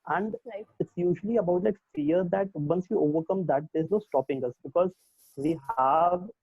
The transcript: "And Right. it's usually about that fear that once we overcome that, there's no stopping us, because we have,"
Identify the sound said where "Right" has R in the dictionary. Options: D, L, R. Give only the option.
L